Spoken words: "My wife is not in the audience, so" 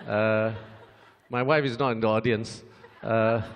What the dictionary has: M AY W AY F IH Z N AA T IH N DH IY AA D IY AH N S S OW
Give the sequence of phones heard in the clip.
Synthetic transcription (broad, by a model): M AY W AY F IH Z N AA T IH N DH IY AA D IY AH N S S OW